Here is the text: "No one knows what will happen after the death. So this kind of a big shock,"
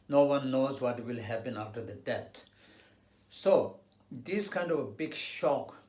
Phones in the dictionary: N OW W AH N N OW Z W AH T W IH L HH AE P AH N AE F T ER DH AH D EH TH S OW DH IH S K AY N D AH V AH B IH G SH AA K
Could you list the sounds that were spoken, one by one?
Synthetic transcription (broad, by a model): N OW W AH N N OW Z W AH T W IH L HH AE P AH N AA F T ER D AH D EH T S OW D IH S K AY N D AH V AH B IH G SH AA K